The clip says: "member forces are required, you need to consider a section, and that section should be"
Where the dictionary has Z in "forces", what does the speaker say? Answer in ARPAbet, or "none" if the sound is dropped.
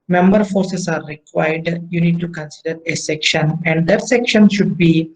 S